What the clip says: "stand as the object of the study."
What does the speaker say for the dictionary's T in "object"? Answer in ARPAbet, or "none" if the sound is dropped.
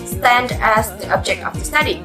T